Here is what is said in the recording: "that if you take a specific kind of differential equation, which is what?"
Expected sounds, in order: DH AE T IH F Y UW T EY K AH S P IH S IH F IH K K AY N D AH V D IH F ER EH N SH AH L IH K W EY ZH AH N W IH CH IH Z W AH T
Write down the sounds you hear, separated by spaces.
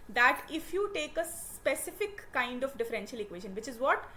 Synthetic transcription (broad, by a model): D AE T IH F Y UW T EY K AH S P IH S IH F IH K K AY N D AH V D IH F ER EH N SH AH L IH K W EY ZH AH N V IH CH IH Z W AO T